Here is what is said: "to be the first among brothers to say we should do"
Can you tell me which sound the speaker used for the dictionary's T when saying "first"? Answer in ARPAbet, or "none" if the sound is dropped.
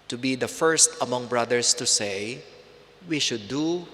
T